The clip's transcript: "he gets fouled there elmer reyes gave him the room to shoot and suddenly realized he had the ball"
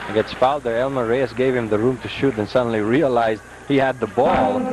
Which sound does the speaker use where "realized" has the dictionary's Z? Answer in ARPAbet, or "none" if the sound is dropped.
Z